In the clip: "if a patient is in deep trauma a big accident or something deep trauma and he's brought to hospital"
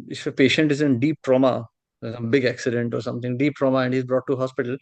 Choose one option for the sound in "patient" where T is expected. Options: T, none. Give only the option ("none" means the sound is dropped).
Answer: T